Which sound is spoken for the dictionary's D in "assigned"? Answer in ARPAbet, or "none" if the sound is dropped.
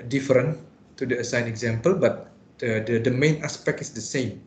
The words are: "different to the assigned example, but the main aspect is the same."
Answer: none